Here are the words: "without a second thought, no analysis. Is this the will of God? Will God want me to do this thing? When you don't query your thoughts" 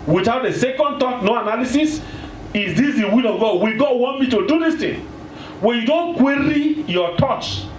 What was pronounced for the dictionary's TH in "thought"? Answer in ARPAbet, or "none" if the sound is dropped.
T